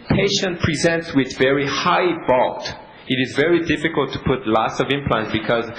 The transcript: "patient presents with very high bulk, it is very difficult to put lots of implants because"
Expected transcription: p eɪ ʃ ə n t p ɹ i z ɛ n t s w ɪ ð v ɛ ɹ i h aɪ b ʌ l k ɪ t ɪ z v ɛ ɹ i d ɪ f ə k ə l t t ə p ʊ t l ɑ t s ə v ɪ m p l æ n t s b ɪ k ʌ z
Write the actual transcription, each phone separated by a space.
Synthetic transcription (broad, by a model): p eɪ ʃ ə n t p ɹ i z ɛ n t s w ɪ ð v ɛ ɹ i h aɪ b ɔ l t ɪ t ɪ z v ɛ ɹ i d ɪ f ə k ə l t t ə p ʊ t l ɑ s ə v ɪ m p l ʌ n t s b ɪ k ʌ z